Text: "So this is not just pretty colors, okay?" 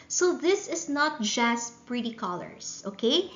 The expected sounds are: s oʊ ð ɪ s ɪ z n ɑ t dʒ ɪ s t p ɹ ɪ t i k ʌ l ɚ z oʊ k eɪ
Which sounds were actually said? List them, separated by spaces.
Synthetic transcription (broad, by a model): s oʊ ð ɪ s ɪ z n ɑ t dʒ ɪ s t p ɹ ɪ t i k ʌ l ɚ s oʊ k eɪ